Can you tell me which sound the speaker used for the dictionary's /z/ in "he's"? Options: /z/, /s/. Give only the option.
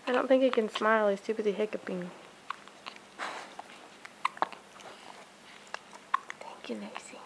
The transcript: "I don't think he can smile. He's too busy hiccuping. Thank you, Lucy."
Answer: /s/